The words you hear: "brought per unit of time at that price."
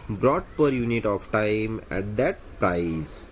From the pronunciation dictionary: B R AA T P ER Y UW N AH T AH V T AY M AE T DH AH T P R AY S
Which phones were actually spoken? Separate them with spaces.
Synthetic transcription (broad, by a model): B R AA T P ER Y UW N AH T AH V T AY M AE T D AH T P R AY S